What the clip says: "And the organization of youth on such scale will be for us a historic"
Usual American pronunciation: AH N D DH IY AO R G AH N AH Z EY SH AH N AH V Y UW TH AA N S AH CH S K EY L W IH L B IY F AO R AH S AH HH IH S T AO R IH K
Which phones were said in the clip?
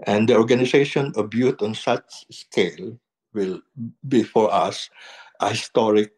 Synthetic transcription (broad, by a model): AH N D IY AO R G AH N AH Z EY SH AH N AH B Y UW T AA N S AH CH S K EY L W IH L B IY F AO R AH S AH HH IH S T AO R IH K